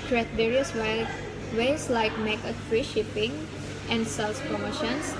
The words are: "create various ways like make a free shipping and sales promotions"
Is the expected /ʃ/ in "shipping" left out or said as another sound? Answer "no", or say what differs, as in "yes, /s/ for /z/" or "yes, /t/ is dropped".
no